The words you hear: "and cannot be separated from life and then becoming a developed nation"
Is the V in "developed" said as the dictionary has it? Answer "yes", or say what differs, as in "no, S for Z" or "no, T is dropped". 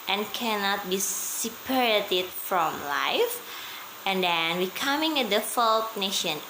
no, F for V